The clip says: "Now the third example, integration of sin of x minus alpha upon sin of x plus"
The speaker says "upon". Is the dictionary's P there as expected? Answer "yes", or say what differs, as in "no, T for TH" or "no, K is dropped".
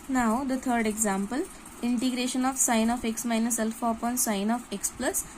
yes